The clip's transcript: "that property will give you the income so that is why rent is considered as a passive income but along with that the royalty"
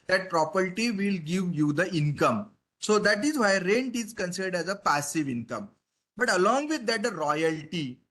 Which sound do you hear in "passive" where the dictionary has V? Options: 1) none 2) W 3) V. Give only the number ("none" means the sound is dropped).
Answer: 3